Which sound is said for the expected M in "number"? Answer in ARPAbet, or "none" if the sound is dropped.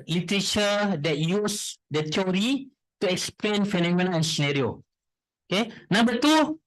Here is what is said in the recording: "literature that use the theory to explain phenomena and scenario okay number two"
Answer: none